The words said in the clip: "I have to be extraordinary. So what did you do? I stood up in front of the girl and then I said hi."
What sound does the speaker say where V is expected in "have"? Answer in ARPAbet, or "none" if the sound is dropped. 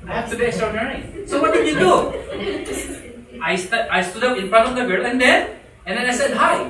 F